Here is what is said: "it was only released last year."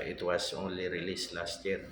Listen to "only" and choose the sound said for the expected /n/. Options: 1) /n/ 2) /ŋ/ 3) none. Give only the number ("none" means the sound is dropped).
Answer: 3